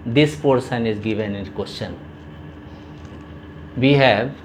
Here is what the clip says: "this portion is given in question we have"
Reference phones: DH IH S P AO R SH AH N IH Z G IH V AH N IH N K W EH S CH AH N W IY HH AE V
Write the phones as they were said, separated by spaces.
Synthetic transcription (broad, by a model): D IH S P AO R S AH N IH Z G IH V AH N IH N K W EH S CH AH N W IY HH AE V